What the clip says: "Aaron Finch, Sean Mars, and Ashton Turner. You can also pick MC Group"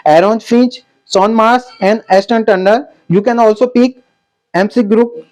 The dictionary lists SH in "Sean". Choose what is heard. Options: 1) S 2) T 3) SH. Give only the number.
1